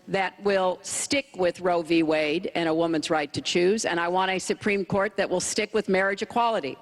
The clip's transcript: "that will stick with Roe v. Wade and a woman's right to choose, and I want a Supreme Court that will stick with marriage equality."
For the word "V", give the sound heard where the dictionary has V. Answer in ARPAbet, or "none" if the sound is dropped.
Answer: V